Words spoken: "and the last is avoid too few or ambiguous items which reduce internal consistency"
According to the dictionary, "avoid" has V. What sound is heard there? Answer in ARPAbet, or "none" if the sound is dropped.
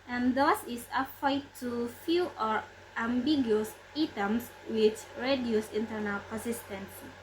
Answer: none